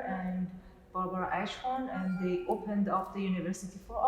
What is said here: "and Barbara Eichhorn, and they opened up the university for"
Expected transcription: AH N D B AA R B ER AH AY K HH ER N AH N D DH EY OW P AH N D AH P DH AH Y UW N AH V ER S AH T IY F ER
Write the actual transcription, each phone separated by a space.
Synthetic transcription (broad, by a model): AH N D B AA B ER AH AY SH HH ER N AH N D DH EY OW P AH N D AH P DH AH Y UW N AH V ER S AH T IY F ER